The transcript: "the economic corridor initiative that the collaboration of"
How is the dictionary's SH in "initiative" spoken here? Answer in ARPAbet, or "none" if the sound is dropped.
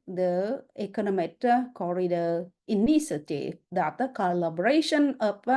S